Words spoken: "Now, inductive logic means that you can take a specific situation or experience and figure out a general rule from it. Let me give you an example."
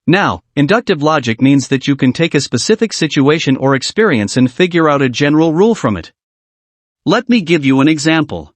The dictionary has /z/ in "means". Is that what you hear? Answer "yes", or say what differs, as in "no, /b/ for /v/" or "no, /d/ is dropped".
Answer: yes